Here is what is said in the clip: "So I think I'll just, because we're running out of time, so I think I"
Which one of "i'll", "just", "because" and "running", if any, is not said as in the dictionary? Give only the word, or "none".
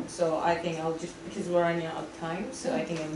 running